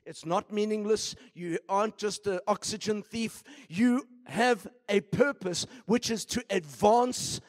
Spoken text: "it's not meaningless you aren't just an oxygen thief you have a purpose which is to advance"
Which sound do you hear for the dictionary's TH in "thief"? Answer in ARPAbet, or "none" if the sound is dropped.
TH